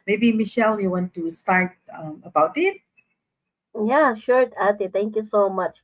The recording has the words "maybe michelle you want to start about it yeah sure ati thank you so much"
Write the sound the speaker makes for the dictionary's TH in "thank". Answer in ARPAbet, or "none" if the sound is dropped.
T